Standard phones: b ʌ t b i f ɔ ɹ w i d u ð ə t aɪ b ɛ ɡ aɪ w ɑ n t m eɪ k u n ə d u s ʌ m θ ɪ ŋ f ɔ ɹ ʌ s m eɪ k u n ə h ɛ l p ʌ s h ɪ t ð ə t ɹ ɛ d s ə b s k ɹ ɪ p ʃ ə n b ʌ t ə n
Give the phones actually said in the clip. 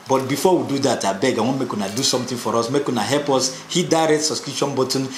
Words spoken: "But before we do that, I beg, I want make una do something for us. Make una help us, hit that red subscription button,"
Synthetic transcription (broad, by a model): b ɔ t b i f ɔ w i d u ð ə t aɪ b ɛ ɡ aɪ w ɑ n m eɪ k u n ə d u s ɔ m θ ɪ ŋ f ɔ ɹ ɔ s m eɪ k u n ə h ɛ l p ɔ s h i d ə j ɹ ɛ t s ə s k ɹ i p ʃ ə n b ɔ t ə n